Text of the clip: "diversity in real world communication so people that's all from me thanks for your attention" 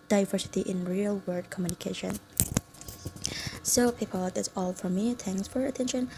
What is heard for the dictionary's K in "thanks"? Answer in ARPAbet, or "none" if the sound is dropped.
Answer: none